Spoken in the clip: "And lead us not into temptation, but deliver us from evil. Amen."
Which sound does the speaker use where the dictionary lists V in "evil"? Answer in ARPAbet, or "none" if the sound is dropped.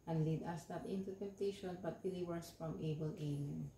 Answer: B